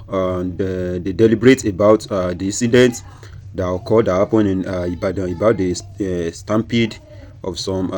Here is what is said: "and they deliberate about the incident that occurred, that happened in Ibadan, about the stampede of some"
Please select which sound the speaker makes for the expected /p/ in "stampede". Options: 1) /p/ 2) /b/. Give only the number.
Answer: 1